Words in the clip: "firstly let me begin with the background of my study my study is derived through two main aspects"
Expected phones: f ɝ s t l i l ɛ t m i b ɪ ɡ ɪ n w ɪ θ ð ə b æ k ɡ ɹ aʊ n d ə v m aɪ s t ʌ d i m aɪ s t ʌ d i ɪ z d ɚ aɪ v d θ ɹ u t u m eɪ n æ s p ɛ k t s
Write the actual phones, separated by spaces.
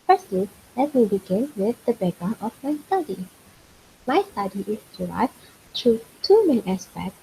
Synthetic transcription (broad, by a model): f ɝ s t l i l ɛ t m i b ɪ ɡ ɪ n w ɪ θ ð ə b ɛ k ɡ ɹ aʊ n ə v m aɪ s t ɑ d i m aɪ s t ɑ d i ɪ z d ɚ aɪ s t ɹ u t u m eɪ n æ s p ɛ k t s